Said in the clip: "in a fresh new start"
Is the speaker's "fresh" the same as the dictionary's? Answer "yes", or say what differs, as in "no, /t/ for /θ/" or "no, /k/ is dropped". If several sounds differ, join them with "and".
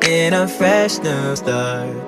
yes